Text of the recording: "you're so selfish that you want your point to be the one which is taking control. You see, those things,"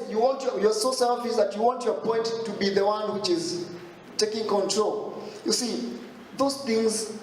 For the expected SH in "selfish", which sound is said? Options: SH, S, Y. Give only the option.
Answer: S